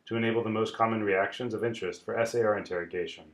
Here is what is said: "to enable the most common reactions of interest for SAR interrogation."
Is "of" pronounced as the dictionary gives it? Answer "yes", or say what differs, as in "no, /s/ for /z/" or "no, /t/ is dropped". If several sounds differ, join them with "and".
yes